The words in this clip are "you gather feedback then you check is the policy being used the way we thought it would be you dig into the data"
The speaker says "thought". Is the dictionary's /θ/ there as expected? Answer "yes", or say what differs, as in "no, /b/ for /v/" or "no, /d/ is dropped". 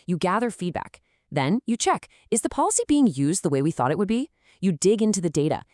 yes